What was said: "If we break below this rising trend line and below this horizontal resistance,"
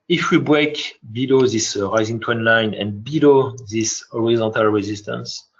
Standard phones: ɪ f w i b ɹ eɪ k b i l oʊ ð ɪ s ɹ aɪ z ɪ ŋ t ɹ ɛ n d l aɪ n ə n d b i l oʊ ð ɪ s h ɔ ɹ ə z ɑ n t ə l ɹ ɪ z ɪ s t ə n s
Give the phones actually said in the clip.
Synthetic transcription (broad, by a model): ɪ f w i b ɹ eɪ k b i l oʊ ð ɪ s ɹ aɪ z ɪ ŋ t w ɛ n l aɪ n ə n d b i l oʊ ð ɪ s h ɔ ɹ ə z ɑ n t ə l ɹ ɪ z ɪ s t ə n s